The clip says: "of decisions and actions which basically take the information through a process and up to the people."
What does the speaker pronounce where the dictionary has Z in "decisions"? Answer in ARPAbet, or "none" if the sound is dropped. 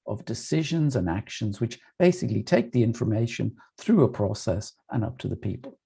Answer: Z